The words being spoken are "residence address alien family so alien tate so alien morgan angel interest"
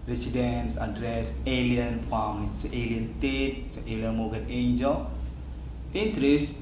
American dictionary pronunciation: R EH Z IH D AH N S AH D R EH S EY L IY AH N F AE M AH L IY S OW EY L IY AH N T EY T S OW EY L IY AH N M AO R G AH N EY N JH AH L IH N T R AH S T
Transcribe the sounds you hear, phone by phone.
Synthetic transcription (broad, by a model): R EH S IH D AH N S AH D R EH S EY L IY AH N P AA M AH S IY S EY L IY AH N T EY T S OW EY L IY AH N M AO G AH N EY N JH AH L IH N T R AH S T